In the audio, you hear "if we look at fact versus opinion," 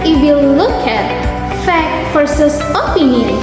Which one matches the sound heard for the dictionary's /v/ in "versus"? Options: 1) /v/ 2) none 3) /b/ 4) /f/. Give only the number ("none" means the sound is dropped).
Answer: 4